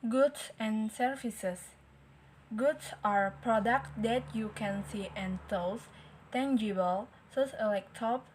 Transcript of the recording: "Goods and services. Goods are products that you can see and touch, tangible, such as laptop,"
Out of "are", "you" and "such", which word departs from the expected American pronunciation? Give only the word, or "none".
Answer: such